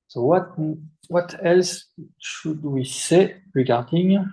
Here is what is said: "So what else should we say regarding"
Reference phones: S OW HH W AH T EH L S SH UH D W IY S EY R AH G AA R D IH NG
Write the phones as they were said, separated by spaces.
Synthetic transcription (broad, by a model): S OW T W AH T EH L S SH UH D W IY S EY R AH G AA R D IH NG